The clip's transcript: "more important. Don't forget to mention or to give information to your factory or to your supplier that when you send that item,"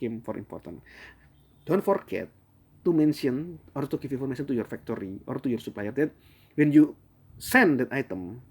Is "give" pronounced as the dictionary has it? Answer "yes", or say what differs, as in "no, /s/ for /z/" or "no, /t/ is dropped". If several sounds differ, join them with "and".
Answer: no, /f/ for /v/